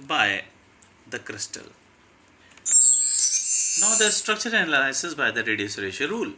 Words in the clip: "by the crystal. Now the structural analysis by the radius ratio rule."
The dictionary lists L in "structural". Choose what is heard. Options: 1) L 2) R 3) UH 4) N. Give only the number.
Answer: 4